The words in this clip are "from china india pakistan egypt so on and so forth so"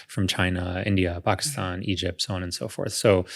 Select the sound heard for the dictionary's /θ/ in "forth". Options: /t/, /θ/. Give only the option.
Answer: /θ/